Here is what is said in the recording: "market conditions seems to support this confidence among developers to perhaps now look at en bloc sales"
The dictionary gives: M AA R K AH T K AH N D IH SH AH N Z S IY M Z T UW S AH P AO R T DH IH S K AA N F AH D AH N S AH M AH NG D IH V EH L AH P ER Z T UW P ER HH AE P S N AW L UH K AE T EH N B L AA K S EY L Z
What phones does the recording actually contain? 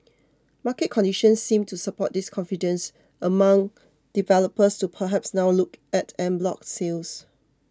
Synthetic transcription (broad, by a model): M AA K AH T K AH N D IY SH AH N S IY M T UW S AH P AO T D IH S K AA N F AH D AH N S AH M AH NG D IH V EH L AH P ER S T UW P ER HH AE P S N AW L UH K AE T EH N B L AA K S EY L S